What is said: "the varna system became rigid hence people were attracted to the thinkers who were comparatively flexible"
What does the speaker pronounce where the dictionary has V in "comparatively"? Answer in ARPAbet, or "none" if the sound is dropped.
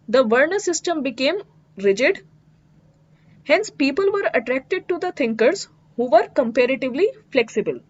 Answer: V